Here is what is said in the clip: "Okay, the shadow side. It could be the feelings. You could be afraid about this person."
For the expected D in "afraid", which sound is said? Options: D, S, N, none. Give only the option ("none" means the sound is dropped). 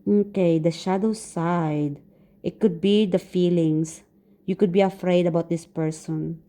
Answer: D